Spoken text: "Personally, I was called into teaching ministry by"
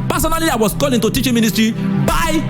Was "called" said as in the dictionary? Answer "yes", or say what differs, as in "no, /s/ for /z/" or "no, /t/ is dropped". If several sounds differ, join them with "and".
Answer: no, /d/ is dropped